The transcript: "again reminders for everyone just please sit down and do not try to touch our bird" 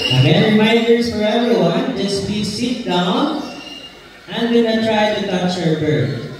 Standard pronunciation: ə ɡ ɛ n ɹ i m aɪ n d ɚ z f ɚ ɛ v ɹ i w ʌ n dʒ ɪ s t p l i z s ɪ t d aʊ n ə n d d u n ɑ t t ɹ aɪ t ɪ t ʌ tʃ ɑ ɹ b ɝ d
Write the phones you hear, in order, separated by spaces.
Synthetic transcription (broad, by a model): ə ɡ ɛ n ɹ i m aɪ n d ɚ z f ɚ ɛ v ɹ i w ʌ n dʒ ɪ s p i s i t d aʊ n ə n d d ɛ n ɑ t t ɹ aɪ t ɪ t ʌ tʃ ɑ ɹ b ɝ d